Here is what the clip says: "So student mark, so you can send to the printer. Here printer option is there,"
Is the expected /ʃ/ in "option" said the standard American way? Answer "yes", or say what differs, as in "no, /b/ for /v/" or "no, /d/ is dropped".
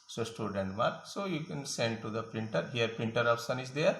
no, /s/ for /ʃ/